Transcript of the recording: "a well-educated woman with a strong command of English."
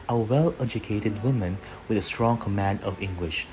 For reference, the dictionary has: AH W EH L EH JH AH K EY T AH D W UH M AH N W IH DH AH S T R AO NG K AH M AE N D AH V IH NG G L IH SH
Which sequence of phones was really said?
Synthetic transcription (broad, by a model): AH W EH L EH JH AH K EY T AH D W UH M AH N W IH DH AH S T R AO NG K AH M AE N D AH V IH NG G L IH SH